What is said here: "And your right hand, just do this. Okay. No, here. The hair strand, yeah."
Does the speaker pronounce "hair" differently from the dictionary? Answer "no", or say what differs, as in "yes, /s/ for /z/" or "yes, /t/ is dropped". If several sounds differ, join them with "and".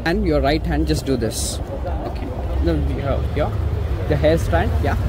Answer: yes, /l/ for /ɹ/